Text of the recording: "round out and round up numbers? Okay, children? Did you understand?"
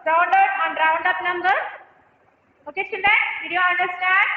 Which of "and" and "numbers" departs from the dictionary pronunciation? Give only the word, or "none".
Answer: numbers